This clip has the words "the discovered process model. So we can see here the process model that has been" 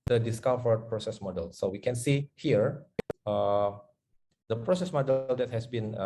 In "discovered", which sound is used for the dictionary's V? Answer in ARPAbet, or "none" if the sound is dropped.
F